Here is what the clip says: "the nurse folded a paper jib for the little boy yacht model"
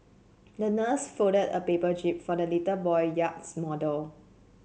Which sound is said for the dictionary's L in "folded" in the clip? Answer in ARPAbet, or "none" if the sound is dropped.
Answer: none